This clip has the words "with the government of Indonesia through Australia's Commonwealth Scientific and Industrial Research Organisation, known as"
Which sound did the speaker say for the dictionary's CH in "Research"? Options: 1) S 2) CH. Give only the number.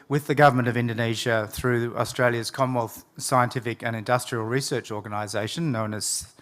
2